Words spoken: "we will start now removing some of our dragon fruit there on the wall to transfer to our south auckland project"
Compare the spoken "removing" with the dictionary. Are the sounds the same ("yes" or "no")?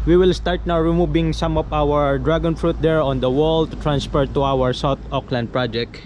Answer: no